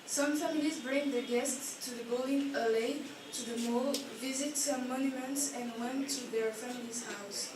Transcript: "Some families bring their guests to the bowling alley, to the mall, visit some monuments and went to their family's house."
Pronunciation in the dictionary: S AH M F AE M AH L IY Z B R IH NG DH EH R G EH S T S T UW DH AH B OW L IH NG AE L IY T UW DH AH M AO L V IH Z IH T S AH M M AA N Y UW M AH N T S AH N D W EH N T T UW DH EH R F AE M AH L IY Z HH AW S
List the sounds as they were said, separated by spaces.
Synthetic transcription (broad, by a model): S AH M F AE M AH L IY Z B R IH NG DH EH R G EH S T S T UW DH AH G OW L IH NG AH L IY T UW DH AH M AO L V IH Z IH T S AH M M AA N Y UW M AH N T S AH N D W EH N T T UW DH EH R F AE M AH L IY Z HH AW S